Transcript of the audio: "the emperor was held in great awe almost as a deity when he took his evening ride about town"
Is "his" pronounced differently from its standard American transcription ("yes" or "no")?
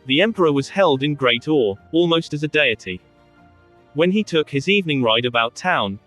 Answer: no